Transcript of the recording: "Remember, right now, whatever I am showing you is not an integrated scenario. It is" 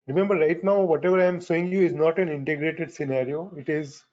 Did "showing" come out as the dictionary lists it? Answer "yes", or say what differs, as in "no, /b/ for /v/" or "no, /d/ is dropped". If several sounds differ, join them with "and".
no, /s/ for /ʃ/